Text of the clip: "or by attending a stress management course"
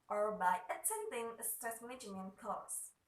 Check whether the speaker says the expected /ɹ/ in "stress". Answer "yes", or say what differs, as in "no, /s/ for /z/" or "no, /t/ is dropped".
no, /ɹ/ is dropped